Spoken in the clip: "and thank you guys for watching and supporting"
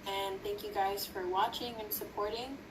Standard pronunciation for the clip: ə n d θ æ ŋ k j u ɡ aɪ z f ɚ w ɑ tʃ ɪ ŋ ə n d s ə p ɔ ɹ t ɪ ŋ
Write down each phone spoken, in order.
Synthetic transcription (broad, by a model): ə n θ æ ŋ k j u ɡ aɪ z f ɚ w ɑ tʃ ɪ ŋ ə n s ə p ɔ ɹ t ɪ ŋ